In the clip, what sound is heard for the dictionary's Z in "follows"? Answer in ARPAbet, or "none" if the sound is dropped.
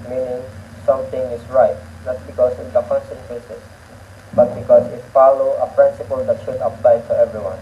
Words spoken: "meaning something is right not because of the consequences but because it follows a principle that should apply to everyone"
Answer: none